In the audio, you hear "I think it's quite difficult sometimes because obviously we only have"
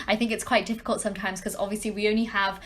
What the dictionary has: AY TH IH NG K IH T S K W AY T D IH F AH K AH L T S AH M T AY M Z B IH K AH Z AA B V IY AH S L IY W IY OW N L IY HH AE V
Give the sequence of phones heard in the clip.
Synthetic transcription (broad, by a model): AY TH IH NG K IH T S K W AY T D IH F AH K AH L T S AH M T AY M Z K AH Z AA B V IY AH S L IY W IY OW N L IY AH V